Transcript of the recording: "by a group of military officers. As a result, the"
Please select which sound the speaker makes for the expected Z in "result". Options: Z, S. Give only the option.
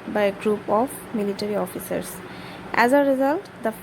Z